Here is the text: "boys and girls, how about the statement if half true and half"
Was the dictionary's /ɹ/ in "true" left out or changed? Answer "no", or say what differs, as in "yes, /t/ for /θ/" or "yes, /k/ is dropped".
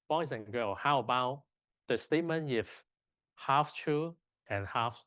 yes, /ɹ/ is dropped